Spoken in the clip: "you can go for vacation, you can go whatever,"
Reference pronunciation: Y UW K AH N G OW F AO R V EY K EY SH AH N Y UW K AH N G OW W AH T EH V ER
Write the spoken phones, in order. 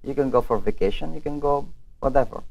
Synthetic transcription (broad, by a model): Y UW K AH N G OW F AO R V EY K EY SH AH N Y UW K AH N G OW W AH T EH V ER